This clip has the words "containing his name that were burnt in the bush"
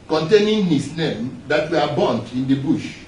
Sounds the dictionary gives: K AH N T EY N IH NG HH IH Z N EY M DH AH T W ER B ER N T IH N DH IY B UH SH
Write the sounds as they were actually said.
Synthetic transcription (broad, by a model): K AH N T EY N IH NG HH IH S N EY M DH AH T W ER B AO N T IH N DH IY B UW SH